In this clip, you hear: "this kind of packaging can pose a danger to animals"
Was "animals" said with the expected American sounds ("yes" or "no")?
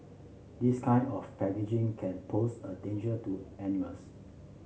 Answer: no